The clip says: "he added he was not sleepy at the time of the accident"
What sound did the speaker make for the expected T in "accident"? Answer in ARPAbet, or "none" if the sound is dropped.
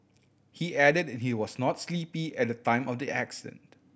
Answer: T